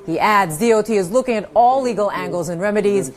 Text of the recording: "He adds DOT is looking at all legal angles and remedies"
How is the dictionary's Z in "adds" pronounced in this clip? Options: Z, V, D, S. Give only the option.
Z